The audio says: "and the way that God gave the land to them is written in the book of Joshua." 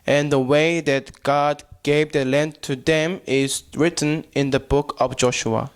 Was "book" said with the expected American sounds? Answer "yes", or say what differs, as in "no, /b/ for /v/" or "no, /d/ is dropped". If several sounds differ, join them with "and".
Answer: yes